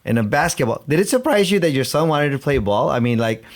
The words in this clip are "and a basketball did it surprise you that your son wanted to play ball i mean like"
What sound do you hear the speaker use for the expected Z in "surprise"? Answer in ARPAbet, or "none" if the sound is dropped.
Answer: Z